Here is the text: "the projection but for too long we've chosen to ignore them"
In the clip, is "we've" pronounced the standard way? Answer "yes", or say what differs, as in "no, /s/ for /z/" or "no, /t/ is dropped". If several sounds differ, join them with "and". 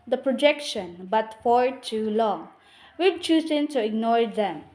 no, /b/ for /v/